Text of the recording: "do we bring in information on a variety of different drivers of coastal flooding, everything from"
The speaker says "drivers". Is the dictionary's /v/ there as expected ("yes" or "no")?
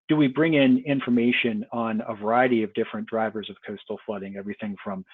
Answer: yes